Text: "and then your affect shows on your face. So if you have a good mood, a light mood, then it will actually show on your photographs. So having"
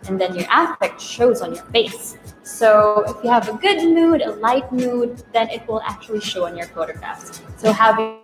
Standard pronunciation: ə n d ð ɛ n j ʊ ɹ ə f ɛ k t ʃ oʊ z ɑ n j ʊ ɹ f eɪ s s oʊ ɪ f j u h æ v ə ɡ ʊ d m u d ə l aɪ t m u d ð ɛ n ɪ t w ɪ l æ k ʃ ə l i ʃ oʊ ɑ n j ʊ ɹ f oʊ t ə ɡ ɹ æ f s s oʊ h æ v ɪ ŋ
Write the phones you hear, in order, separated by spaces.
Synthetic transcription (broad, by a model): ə n ð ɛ n j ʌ ɹ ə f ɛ k t ʃ oʊ z n j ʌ ɹ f eɪ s s oʊ ɪ f j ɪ v ə ɡ ʊ d m u d ə l aɪ t m u d ð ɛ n ɪ t w ɪ l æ k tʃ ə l i ʃ oʊ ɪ n j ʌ ɹ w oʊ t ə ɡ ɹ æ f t s oʊ h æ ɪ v